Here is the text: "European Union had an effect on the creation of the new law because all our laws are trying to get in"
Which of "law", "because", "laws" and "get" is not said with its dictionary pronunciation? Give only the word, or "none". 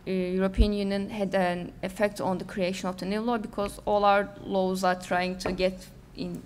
none